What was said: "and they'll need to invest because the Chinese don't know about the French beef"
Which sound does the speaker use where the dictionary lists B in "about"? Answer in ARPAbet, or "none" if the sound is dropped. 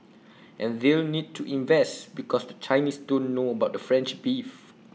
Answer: B